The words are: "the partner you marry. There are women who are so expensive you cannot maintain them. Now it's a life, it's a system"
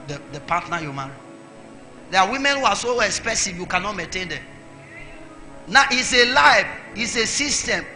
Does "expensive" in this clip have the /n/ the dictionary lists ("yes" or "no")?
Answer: no